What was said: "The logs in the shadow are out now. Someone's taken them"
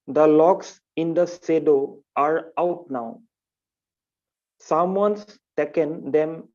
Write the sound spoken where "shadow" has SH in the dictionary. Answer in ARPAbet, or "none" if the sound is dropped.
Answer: S